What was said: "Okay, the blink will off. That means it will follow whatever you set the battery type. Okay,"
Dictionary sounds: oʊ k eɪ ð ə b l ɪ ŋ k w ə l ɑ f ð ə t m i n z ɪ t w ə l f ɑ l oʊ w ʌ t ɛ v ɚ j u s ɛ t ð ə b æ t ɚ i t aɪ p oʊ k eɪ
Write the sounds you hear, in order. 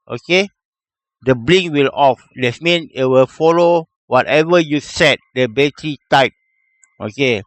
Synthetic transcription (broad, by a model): oʊ k eɪ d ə b l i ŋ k w ə l ɑ f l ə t m i n ɪ t w ə l f ɑ l oʊ w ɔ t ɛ v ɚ j u s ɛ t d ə b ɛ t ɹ i t aɪ p oʊ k eɪ